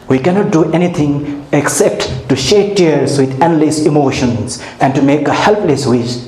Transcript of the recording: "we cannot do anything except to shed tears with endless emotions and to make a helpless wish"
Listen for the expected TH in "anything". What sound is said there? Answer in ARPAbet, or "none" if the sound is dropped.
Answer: T